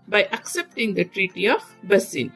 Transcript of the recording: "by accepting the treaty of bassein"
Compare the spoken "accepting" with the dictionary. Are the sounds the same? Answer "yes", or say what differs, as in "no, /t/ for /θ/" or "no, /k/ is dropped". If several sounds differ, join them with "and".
yes